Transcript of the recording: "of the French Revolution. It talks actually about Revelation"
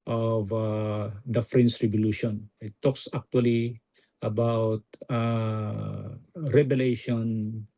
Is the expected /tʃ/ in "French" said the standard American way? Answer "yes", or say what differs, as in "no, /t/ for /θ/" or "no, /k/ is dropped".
no, /s/ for /tʃ/